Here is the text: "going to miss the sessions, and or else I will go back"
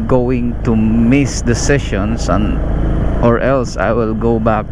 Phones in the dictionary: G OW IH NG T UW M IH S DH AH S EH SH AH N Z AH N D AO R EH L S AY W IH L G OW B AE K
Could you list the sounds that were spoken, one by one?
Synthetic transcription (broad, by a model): G OW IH NG T UW M IH S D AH S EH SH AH N S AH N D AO R EH L S AY W IH L G OW B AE K